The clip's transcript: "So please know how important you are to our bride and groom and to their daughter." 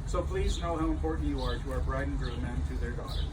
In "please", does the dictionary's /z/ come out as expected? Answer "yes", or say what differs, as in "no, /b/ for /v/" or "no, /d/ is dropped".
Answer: yes